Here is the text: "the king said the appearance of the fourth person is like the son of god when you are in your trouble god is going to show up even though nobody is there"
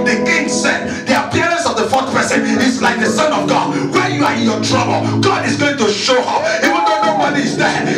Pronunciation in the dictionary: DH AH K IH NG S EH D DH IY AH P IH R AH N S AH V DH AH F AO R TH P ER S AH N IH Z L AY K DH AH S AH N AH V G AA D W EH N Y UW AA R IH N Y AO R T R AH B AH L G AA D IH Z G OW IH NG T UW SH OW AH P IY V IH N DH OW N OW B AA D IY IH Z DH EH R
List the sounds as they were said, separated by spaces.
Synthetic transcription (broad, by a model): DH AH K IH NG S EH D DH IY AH P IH R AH N S AH V DH AH F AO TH P ER S AH N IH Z L AY K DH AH S AH N AH V G AA D W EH Y UW AA R IH N Y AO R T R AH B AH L G AA D IH Z G OW IH NG T UW SH OW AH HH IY W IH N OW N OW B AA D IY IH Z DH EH